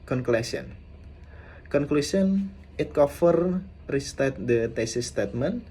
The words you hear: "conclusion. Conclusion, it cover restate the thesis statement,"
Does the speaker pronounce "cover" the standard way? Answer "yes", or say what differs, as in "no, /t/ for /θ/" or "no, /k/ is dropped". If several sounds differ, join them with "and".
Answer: no, /f/ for /v/